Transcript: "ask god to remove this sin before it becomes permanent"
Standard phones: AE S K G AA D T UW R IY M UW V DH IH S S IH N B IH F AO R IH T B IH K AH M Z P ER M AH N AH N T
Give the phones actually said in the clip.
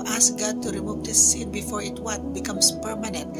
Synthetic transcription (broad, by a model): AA S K G AA D T UW R IY M UW V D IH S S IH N B IH F AO R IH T B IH K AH M S P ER M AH N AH N T